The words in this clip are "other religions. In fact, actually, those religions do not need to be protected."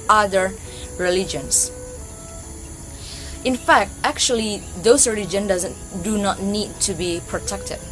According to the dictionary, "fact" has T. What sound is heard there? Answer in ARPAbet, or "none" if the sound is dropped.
T